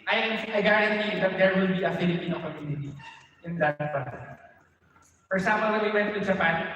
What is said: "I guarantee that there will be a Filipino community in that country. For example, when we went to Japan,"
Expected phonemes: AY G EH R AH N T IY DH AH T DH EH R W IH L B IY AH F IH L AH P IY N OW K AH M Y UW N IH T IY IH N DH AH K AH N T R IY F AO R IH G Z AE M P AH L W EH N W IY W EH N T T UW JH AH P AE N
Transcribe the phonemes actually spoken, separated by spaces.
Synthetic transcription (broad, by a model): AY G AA R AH N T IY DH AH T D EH R W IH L B IY AH F IH L AH P IY N OW K AH M Y UW N IH T IY IH N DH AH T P R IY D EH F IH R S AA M AH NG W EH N W IY W EH N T T UW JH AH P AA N